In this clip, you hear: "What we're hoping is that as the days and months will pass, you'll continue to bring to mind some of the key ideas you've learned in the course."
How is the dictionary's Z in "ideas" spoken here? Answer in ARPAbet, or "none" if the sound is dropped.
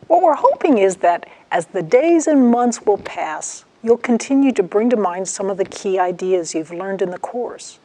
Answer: Z